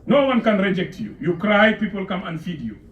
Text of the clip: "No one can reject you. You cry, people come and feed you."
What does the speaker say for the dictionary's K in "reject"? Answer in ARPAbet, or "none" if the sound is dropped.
K